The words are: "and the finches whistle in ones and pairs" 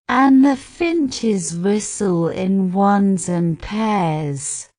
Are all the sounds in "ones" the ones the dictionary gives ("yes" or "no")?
yes